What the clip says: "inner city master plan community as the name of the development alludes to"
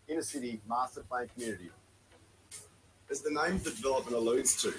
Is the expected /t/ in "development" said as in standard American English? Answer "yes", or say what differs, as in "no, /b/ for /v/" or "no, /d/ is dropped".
no, /t/ is dropped